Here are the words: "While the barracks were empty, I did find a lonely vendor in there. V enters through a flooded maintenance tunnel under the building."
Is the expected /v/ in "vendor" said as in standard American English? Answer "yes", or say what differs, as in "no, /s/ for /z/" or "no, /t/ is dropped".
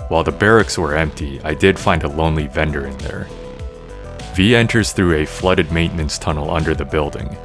yes